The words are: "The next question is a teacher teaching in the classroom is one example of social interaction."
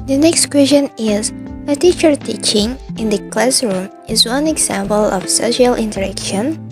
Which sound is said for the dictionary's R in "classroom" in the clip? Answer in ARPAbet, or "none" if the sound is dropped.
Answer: R